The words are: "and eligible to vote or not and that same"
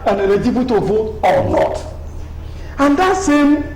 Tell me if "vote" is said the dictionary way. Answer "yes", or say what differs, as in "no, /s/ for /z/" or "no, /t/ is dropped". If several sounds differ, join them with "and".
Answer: no, /t/ is dropped